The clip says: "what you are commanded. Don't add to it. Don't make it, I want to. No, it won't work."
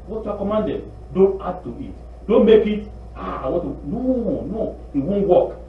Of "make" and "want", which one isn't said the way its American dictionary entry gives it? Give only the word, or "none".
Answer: want